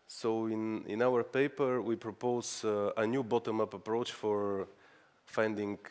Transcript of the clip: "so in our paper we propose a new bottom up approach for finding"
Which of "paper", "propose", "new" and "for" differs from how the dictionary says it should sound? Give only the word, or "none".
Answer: none